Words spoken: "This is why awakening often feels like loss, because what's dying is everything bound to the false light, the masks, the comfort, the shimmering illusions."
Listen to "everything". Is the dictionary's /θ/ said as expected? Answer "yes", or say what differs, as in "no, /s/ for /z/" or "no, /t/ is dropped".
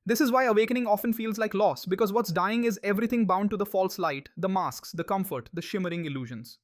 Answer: no, /t/ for /θ/